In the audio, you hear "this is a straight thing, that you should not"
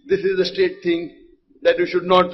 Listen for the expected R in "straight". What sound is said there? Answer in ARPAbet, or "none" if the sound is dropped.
none